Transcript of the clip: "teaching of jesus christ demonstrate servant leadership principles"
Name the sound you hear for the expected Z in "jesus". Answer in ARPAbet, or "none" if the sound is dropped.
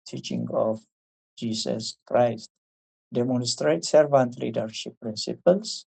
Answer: S